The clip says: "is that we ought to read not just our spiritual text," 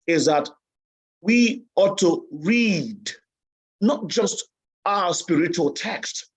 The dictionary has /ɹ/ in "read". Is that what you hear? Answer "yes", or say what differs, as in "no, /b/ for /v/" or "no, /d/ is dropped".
yes